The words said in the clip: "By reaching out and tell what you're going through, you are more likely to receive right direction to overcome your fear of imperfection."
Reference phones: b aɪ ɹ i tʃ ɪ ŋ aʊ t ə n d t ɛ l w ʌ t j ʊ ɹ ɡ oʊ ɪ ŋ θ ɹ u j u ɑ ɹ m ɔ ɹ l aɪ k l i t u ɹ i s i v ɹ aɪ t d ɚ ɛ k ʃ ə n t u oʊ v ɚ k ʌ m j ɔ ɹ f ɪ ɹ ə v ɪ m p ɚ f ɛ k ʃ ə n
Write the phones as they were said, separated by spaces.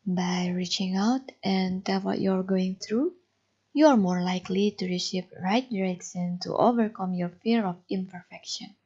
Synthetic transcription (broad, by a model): b aɪ ɹ i tʃ ɪ ŋ aʊ t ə n t ɛ l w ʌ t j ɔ ɹ ɡ oʊ ɪ ŋ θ ɹ u j u ɑ ɹ m ɔ ɹ l aɪ k l i t u ɹ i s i p ɹ aɪ t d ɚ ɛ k s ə n t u oʊ v ɚ k ʌ m j ɔ ɹ f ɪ ɹ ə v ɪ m p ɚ f ɛ k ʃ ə n